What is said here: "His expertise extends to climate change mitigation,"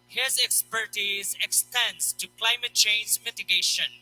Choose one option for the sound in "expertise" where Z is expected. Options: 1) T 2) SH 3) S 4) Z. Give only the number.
4